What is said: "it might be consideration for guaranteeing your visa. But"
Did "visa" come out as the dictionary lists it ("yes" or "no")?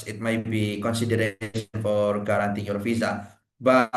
no